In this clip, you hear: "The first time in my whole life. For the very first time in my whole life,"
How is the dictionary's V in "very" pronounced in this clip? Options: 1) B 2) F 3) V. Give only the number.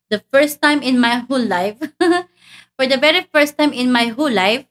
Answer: 1